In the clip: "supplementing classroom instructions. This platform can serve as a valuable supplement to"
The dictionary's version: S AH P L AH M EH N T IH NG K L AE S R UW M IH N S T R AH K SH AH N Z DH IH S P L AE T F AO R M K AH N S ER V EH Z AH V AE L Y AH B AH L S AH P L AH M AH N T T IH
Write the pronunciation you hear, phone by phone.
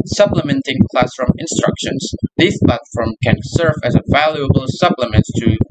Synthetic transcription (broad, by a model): S AH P L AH M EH N T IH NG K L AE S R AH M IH N S T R AH K SH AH N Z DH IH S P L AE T F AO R M K AH N S ER V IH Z AH V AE L Y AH B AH L S AH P L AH M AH N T T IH